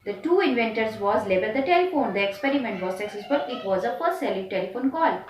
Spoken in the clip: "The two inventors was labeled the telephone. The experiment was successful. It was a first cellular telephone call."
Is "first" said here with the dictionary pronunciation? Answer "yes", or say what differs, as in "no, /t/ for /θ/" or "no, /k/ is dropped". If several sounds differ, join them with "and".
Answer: no, /p/ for /f/ and /s/ is dropped